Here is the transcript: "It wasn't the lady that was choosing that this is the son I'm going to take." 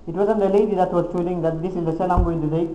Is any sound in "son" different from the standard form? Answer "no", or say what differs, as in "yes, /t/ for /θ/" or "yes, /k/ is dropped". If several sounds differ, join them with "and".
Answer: yes, /l/ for /n/